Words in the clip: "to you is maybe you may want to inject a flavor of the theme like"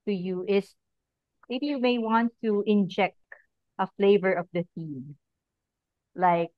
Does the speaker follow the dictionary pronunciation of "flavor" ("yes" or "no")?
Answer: yes